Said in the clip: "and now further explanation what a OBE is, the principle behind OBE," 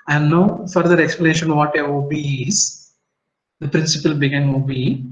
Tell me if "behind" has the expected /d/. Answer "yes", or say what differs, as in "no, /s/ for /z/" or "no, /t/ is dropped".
no, /d/ is dropped